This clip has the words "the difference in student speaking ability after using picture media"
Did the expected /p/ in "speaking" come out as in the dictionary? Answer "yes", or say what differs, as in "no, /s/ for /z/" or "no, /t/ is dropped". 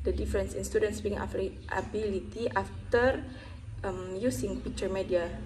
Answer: no, /b/ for /p/